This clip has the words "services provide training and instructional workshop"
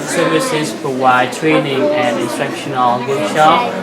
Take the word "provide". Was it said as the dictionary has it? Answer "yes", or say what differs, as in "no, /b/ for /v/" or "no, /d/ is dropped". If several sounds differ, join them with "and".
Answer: no, /w/ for /v/